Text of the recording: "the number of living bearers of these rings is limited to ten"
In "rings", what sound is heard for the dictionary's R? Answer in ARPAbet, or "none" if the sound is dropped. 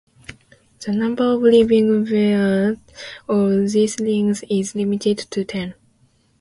L